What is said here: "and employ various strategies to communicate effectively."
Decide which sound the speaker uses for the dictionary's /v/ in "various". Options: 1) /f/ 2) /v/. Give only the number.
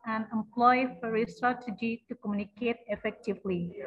1